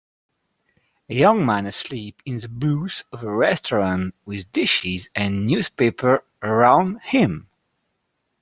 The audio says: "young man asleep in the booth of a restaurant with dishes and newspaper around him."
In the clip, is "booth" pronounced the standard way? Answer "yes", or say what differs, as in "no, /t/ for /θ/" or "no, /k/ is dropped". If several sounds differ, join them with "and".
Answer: no, /s/ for /θ/